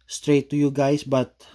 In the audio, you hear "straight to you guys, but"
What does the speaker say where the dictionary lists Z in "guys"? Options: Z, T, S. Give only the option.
S